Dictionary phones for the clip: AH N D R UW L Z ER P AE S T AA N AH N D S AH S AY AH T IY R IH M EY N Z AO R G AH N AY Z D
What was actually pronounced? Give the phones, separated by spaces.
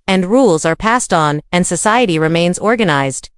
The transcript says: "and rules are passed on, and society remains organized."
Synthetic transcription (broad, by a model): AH N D R UW L Z ER P AE S T N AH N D S AH S AY AH T IY R IH M EY N Z AO R G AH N AY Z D